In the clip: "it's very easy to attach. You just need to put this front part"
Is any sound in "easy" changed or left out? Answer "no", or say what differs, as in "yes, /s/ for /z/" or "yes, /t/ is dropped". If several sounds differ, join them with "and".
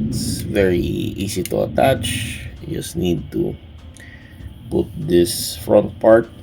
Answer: yes, /s/ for /z/